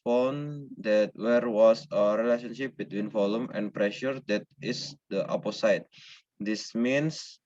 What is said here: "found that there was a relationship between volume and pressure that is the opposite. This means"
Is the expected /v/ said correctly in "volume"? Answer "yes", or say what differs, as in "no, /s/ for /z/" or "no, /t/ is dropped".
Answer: no, /f/ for /v/